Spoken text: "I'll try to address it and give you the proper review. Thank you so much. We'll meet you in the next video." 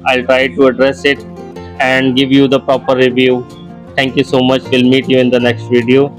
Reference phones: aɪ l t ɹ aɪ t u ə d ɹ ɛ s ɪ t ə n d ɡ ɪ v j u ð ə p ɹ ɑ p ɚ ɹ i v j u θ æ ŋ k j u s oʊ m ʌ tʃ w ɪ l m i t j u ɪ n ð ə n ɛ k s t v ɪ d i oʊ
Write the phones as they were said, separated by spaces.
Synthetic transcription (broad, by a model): aɪ l t ɹ aɪ t u ə d ɹ ɛ s ɪ t ə n d ɡ ɪ v j u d ə p ɹ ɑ p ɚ ɹ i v j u t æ ŋ k j u s oʊ m ʌ tʃ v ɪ l m i t j u ɪ n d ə n ɛ k s t v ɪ d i oʊ